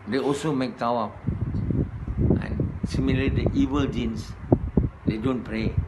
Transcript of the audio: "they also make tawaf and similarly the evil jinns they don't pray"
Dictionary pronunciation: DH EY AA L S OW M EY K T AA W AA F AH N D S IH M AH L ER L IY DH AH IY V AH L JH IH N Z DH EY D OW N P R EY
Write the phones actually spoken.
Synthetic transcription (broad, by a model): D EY AA L S OW M EY K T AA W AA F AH N S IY M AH L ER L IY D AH IY V AH L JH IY N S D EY D OW N P R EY